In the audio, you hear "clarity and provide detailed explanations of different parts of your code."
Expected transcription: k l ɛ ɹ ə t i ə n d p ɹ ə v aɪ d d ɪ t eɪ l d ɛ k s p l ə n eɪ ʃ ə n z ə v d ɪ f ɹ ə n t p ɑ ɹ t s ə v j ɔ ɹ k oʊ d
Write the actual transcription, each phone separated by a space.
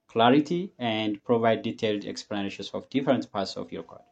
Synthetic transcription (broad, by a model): k l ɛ ɹ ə t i ə n d p ɹ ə v aɪ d d ɪ t eɪ l d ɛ k s p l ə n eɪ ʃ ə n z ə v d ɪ f ɹ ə n t p ɑ ɹ t s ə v j ɔ ɹ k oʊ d